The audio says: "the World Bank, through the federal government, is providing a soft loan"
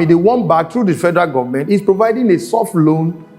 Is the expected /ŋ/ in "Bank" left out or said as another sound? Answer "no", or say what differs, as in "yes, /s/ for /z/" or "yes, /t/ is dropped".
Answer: yes, /ŋ/ is dropped